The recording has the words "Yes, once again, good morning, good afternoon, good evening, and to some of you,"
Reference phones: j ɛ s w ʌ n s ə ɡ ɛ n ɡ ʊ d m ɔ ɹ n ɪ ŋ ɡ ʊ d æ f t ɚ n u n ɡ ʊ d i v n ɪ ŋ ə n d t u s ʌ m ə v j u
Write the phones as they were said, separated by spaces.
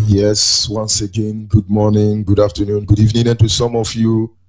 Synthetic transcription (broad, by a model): j ɛ s w ʌ n s ə ɡ ɛ n ɡ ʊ d m ɔ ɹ n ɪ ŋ ɡ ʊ d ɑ f t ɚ n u n ɡ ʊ d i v n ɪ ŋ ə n t u s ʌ m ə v j u